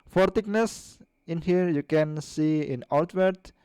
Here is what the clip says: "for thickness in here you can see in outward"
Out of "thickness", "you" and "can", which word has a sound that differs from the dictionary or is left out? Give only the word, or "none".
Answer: thickness